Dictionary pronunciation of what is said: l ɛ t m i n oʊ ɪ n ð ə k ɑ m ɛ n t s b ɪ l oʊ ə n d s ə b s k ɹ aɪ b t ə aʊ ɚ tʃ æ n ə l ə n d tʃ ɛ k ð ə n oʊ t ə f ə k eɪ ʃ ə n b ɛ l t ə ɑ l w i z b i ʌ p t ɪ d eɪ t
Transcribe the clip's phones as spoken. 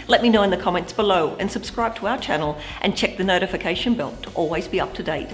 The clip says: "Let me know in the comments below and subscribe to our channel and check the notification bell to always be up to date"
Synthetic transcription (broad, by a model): l ɛ t m i n oʊ ɪ n ð ə k ɑ m ɛ n t s b ɪ l oʊ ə n s ə b s k ɹ aɪ b t ə aʊ ɚ tʃ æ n l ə n tʃ ɛ k ð ə n oʊ t ə f ə k eɪ ʃ ə n b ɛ l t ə ɑ l w i z b i ʌ p t ɪ d eɪ t